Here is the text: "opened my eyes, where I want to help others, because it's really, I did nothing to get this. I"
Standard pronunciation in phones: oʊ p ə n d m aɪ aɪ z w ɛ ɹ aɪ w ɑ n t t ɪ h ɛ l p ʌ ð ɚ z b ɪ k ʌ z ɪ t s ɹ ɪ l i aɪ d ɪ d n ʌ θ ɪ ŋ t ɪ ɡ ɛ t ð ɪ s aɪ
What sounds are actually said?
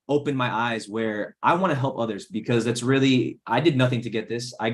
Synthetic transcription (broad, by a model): oʊ p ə n m aɪ aɪ z w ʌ ɹ aɪ w ɑ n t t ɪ h ɛ l p ʌ ð ɚ z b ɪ k ʌ z ɪ t s ɹ ɪ l i aɪ d ɪ d n ʌ θ ɪ ŋ t ɪ ɡ ɛ t ð ɪ s aɪ